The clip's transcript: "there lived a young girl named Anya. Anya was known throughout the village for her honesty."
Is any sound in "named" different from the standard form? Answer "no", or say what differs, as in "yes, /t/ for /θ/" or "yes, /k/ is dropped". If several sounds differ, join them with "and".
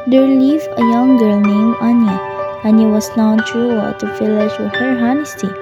yes, /d/ is dropped